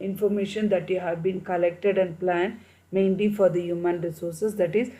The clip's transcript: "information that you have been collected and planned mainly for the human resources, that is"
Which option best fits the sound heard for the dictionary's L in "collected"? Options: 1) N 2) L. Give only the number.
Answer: 2